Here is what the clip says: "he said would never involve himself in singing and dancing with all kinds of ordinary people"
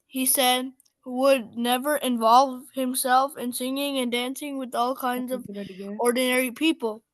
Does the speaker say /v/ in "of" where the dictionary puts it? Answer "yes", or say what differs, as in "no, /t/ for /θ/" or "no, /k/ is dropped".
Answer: yes